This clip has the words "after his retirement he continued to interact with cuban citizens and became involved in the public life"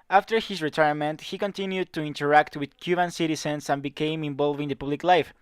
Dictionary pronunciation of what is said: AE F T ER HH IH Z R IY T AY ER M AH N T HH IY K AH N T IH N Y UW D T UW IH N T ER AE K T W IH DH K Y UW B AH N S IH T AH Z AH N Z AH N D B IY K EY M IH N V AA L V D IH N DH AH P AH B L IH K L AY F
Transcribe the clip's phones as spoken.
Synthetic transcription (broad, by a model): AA F T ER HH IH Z R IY T AY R M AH N T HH IY K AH N T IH N Y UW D T UW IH N T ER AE K T W IH DH K Y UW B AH N S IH T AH S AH N S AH N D B IY K EY M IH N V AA L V IH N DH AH P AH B L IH K L AY F